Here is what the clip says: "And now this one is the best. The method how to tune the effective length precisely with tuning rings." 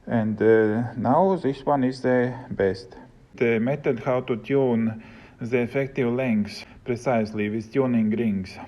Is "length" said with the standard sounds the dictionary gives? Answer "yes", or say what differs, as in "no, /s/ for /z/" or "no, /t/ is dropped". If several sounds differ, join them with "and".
no, /s/ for /θ/